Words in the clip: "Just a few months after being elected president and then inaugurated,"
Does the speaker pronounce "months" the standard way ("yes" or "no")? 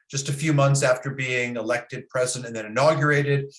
yes